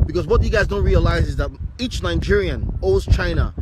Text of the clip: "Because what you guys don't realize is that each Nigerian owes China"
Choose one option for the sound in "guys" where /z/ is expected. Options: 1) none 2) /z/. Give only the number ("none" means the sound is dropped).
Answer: 2